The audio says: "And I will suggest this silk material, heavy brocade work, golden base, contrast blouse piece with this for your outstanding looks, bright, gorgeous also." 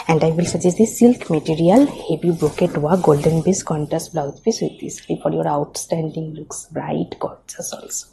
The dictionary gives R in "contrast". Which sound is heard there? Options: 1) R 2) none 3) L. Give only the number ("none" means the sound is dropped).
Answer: 2